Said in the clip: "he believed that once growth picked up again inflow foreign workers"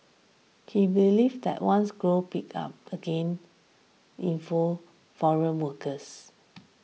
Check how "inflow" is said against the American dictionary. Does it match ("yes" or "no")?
no